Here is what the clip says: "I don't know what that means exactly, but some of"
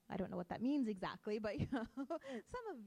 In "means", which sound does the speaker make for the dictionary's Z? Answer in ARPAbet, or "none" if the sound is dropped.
Z